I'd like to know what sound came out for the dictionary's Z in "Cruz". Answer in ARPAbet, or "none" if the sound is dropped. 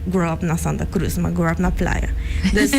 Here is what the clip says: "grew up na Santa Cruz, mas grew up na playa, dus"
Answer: S